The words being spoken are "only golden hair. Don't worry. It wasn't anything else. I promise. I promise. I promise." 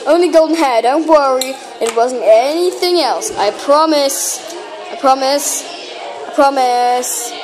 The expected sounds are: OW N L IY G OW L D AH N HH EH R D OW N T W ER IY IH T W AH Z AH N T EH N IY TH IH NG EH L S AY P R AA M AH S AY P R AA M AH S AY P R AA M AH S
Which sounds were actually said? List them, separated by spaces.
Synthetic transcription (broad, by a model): OW N L IY G OW L D N HH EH D OW N T W ER IY IH T W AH Z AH N T EH N IY TH IH NG EH L S AY P R AA M AH S AY P R AA M AH S AY P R AA M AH S